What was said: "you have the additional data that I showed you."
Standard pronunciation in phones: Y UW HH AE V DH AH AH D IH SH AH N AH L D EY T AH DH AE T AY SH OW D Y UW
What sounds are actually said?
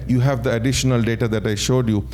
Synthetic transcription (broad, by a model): Y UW HH AE V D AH AH D IH SH AH N AH L D EY T AH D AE T AY SH OW D Y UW